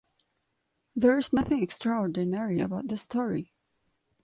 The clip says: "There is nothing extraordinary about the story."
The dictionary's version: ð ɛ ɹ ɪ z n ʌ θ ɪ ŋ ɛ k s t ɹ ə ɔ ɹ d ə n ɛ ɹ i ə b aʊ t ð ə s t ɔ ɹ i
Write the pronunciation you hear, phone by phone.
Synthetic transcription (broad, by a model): ð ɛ ɹ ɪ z n ʌ θ ɪ ŋ ɛ k s t ɹ ə ɔ ɹ d ə n ɛ ɹ i ə b aʊ t ð ə s t ɔ ɹ i